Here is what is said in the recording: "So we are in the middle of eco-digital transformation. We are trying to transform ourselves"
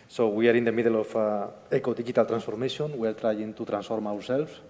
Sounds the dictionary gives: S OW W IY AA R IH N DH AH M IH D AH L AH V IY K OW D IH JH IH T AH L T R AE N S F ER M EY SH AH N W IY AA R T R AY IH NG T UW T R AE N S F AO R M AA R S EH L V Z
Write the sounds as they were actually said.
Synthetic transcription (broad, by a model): S OW W IY AA R IH N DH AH M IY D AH L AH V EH K OW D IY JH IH T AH L T R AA N S F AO M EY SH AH N W IY AA R T R AY IH NG T UW T R AE N S F AO R M AA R S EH L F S